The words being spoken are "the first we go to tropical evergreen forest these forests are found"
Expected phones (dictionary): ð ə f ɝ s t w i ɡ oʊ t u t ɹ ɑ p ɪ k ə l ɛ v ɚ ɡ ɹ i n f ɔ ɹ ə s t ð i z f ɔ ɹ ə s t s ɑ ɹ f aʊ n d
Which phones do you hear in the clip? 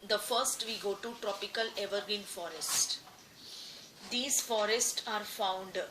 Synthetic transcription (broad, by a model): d ə f ɝ s t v i ɡ oʊ t u t ɹ ɑ p ɪ k ə l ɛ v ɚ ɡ i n f ɔ ɹ ə s t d i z f ɔ ɹ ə s t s ɑ ɹ f aʊ n d